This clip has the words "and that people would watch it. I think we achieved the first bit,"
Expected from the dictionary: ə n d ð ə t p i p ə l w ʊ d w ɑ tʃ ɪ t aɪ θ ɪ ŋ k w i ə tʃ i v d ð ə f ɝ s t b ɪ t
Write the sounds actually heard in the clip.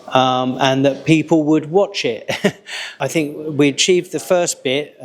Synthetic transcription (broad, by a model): ə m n ð ə t p i p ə l w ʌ d w ɑ tʃ ɪ t aɪ θ ɪ ŋ k w i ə tʃ i v ð ə f ɝ s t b ɪ t